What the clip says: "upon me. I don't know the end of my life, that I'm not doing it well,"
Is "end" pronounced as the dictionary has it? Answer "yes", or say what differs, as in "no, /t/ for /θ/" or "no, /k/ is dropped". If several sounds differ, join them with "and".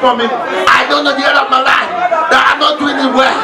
no, /n/ is dropped